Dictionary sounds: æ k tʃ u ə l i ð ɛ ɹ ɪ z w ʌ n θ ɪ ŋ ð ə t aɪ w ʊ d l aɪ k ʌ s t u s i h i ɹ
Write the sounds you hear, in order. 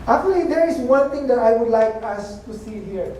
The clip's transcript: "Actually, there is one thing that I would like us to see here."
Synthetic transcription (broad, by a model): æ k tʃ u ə l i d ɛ ɹ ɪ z w ʌ n t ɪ ŋ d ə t aɪ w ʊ d l aɪ k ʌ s t u s i h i ɹ